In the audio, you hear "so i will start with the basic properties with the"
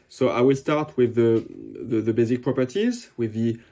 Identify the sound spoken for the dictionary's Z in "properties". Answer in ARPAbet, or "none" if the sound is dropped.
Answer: Z